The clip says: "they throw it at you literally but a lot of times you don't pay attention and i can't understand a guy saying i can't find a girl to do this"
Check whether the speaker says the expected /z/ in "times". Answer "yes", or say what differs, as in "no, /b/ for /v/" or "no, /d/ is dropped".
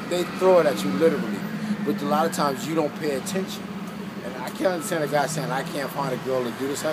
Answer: yes